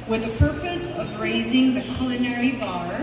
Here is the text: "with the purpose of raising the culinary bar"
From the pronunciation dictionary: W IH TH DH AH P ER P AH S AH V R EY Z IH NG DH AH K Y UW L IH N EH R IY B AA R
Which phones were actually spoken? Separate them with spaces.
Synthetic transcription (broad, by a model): W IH DH AH P ER P AH S AH V R EY Z IH NG DH AH K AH L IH N EH R IY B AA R